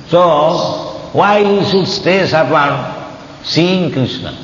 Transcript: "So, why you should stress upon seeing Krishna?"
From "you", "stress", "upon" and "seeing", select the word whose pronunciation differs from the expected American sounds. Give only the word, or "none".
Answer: stress